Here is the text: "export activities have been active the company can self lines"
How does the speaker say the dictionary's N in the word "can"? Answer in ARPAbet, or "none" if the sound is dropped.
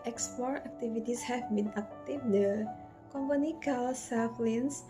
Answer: L